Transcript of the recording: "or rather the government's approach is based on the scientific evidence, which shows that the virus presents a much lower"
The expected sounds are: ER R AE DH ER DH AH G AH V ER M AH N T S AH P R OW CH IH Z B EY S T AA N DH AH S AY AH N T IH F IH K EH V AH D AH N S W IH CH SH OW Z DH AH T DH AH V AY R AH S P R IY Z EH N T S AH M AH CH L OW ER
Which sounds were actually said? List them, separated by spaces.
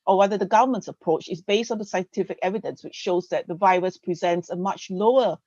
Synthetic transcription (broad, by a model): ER W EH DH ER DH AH G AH V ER M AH N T S AH P R OW CH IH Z B EY S T AA N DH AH S AY AH N T IH F IH K EH V AH D AH N S W IH CH SH OW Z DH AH T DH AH V AY R AH S P R IY Z EH N T S AH M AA CH L OW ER